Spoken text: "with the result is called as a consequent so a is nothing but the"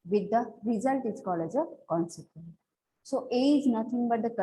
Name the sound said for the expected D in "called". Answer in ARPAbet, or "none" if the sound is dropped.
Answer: none